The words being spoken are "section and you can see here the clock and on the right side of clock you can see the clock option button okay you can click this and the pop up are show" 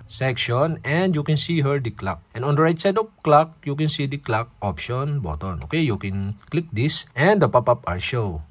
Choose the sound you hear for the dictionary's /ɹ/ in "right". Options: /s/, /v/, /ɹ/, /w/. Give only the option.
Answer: /ɹ/